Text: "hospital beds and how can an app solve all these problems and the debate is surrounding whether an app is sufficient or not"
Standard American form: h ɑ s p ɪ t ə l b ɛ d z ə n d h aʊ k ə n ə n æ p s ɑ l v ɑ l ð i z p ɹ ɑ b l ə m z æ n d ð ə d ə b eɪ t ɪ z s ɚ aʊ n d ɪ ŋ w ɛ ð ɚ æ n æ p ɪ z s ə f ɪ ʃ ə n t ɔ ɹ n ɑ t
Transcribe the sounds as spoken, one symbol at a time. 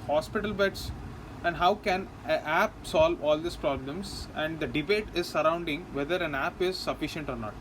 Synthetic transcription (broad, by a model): h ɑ s p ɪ t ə l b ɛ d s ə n d h aʊ k ə n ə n æ p s ɑ l v ɑ l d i s p ɹ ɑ b l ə m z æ n d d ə d ə b eɪ t ɪ z s ɚ aʊ n d ɪ ŋ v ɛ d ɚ æ n æ p ɪ z s ə f ɪ ʃ ə n t ɔ ɹ n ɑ t